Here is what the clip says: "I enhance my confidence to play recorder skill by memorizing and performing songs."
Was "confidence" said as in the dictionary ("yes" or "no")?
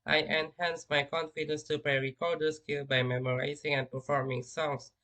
yes